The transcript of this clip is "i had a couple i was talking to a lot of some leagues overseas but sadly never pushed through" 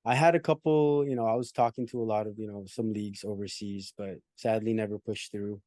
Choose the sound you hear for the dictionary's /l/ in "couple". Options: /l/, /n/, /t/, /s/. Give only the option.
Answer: /n/